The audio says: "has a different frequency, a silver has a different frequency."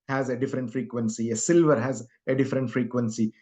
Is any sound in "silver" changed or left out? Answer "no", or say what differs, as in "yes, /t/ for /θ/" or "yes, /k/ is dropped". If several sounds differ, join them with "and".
no